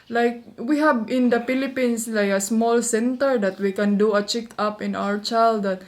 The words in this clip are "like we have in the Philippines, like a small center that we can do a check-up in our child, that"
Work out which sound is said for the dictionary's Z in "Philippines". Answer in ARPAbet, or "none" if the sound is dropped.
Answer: S